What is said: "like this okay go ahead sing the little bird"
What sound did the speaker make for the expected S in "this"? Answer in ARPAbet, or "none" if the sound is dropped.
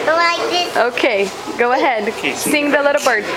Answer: none